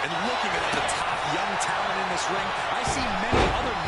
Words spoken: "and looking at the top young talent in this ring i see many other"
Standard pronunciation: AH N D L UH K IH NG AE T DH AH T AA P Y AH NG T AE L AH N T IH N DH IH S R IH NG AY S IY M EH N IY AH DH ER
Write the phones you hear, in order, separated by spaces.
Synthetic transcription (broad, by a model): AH N L UH K IH NG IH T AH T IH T Y AH NG T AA AH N IH N DH IH S R IH NG AY S IY M EH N IY AH DH ER